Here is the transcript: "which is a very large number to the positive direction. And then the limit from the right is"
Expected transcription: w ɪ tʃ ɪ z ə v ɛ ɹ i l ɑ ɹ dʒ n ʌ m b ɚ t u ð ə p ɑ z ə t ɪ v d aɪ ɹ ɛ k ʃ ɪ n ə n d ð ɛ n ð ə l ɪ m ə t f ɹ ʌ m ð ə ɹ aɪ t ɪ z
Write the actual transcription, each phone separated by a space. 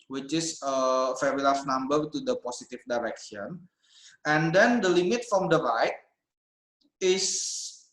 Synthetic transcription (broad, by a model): w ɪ tʃ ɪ s ə f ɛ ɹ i l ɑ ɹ n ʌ m b ɚ t u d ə p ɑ s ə t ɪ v d aɪ ɹ ɛ k ʃ ɪ n ə n d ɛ n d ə l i m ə t f ɹ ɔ m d ə ɹ aɪ t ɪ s